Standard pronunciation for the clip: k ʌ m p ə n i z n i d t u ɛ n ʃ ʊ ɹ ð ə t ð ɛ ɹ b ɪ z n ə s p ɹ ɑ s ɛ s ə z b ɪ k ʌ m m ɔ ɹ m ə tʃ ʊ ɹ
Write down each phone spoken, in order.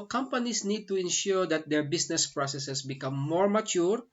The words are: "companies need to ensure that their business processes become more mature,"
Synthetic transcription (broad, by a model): k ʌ m p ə n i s n i d t u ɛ n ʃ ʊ ɹ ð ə t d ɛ ɹ b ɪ s n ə s p ɹ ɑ s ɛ s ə s b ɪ k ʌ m m ɔ ɹ m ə tʃ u ɹ